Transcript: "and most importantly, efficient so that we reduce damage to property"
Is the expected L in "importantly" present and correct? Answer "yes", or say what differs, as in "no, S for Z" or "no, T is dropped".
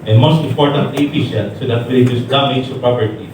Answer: no, L is dropped